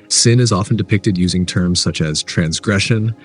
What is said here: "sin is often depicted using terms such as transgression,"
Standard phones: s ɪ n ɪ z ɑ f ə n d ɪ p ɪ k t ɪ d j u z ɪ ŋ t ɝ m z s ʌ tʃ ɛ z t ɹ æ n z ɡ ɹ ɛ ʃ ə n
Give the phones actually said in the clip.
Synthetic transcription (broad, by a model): s ɪ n ɪ z ɑ f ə n d ɪ p ɪ k t ɪ d j u z ɪ ŋ t ɝ m z s ʌ tʃ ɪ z t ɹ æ n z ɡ ɹ ɛ ʃ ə n